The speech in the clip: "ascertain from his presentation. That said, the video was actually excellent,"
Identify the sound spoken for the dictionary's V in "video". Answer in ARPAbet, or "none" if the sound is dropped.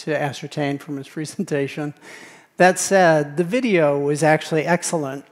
V